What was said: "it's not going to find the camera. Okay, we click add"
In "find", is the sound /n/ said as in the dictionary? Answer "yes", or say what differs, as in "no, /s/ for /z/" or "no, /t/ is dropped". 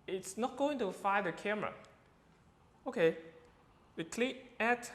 no, /n/ is dropped